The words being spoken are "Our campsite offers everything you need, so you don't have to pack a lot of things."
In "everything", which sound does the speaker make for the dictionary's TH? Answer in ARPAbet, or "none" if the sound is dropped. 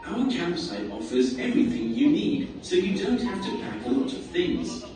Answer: TH